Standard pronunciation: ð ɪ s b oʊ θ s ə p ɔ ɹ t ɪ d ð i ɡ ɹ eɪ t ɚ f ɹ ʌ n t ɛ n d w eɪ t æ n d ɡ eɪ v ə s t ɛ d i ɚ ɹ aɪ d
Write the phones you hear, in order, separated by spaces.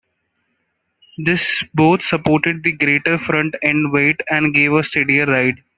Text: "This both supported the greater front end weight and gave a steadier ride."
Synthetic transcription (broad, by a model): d ɪ s b oʊ t s ə p ɔ ɹ t ɪ d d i ɡ ɹ eɪ t ɚ f ɹ ʌ n t ɛ n d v eɪ t æ n d ɡ eɪ v ə s t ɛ d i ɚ ɹ aɪ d